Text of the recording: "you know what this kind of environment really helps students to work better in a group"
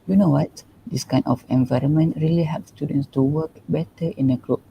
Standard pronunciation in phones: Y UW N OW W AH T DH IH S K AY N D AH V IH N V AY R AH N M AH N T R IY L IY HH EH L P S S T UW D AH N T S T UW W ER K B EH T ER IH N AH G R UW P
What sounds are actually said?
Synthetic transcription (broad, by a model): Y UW N OW W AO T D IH S K AY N AH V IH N V AY R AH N M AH N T R IY L IY HH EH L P S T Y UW D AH N S T UW W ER K B EH T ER IH N AH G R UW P